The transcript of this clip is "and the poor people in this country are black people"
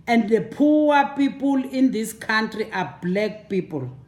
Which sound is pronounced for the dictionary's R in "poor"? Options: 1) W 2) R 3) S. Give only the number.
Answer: 1